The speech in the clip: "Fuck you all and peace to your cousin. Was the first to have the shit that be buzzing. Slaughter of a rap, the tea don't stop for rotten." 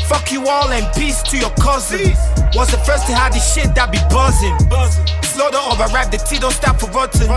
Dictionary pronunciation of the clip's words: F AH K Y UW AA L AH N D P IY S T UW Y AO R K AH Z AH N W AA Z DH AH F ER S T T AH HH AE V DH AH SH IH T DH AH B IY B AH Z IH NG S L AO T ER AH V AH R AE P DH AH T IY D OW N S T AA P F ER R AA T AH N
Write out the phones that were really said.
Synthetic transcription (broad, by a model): F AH K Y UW AA L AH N P IY S T UW Y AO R K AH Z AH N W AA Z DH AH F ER S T T AH HH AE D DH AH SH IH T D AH B IY B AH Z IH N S L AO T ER AH V AH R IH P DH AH T IY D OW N S T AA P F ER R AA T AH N